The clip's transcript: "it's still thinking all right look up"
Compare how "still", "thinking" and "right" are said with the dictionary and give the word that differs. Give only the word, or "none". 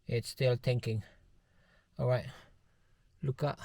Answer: thinking